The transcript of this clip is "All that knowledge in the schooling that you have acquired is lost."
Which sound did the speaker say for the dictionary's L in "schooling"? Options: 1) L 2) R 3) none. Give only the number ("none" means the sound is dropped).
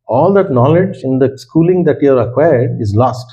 1